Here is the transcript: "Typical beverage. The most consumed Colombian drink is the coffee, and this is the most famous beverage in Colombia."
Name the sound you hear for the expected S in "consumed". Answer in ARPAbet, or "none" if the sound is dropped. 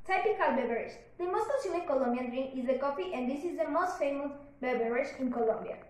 none